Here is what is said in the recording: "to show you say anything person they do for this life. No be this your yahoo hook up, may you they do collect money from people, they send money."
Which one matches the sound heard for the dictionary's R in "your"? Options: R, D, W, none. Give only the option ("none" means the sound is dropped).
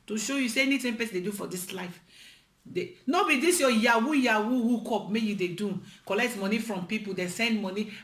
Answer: W